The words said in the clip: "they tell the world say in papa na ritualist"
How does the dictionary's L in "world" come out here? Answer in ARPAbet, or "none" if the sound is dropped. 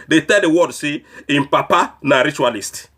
none